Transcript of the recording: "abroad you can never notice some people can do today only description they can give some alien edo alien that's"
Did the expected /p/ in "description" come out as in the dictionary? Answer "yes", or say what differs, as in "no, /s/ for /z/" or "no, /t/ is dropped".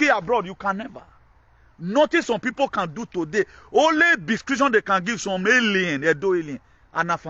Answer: no, /p/ is dropped